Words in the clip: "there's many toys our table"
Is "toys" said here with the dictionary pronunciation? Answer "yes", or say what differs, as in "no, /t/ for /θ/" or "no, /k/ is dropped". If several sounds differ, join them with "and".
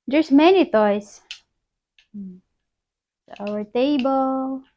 no, /s/ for /z/